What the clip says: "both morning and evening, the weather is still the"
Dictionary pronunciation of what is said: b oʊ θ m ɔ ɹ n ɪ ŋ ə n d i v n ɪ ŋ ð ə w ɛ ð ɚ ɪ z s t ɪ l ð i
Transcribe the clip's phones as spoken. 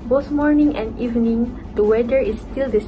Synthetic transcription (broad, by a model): b oʊ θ m ɔ ɹ n ɪ ŋ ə n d i v n ɪ ŋ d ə w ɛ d ɚ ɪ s t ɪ l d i